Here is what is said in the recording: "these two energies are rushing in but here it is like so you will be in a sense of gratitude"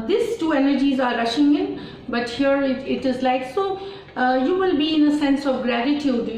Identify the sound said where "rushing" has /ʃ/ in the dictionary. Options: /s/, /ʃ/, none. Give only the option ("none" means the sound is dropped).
/ʃ/